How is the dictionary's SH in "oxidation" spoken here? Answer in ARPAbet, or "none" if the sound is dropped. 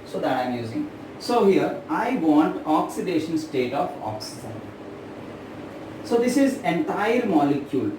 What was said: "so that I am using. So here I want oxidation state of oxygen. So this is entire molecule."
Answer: SH